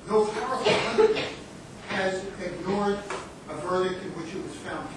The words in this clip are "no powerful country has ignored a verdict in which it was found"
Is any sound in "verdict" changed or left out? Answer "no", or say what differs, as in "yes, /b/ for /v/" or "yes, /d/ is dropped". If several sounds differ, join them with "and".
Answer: no